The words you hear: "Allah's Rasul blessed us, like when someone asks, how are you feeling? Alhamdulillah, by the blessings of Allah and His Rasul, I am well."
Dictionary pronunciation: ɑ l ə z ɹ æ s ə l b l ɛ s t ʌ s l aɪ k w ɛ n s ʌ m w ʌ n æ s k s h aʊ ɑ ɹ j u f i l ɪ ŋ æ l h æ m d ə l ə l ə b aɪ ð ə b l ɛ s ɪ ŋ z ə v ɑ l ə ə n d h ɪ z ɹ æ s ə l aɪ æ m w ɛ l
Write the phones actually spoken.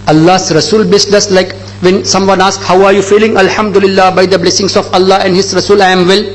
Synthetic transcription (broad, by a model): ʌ l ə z ɹ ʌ s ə l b ɪ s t ʌ s l aɪ k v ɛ n s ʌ m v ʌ n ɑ s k h aʊ ɑ ɹ j u f i l ɪ ŋ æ l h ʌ m d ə l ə l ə b aɪ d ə b l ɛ s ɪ ŋ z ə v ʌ l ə ə n d h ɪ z ɹ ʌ s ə l aɪ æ m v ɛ l